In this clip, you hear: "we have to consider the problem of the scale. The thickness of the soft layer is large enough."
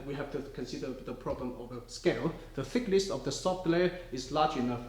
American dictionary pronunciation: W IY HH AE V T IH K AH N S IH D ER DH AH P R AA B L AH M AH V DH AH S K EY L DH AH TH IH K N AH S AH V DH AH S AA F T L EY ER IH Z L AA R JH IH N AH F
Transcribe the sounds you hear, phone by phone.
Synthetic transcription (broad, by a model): W IY HH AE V T IH K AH N S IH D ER DH AH P R AA B L AH M AH V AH S K EY L DH AH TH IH K L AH S AH V DH AH S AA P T L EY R IH Z L AA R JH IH N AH F